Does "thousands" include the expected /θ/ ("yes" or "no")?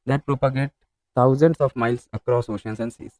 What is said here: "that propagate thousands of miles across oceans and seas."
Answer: no